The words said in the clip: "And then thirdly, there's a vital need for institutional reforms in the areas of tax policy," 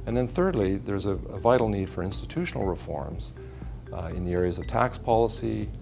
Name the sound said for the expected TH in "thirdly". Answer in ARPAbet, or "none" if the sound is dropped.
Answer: TH